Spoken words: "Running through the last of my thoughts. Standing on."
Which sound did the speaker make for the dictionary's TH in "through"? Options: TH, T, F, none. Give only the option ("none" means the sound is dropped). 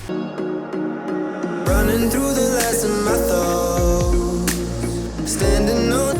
TH